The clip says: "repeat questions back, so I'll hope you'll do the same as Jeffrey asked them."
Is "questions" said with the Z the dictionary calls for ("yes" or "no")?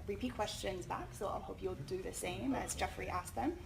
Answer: yes